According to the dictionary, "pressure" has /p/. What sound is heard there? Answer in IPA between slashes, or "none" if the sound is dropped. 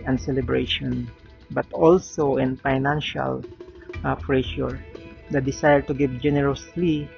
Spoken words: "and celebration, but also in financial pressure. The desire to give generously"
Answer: /f/